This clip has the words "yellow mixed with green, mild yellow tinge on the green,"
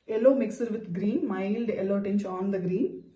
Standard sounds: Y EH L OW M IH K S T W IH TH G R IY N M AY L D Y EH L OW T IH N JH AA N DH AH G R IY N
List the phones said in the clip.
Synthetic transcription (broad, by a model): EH L OW M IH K S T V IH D G R IY N M AY L D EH L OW T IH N CH AA N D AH G R IY N